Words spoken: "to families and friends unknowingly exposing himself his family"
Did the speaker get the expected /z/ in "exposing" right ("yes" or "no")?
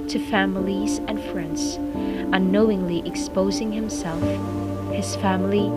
yes